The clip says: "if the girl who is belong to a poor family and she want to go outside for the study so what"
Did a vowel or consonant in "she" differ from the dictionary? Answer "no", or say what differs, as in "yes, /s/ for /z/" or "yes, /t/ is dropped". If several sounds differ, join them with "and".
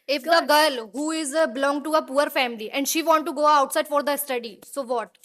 no